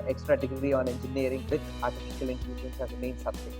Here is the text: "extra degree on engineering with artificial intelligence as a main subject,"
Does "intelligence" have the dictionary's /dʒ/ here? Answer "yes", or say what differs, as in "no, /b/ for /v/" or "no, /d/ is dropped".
no, /dʒ/ is dropped